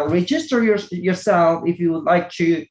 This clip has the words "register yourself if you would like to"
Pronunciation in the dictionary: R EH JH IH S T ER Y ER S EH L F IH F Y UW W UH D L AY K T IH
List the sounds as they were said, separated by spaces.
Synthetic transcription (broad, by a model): R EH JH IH S T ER Y ER S EH L F IH F Y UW W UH D L AY K T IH